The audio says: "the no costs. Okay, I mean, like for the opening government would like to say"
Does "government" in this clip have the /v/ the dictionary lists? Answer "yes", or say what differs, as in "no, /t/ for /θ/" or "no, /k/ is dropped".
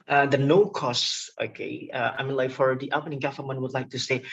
no, /f/ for /v/